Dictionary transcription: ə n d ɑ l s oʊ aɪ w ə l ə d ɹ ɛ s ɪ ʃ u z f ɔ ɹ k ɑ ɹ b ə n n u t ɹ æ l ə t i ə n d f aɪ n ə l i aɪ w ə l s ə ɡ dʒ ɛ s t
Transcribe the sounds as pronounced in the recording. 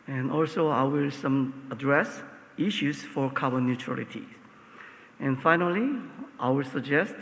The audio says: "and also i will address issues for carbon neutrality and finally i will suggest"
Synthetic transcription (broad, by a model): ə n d ɑ l s oʊ aɪ w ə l ə d ɹ ɛ s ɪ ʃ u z f ɔ ɹ k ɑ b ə n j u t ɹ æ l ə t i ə n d f aɪ n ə l i aɪ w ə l s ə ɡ dʒ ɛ s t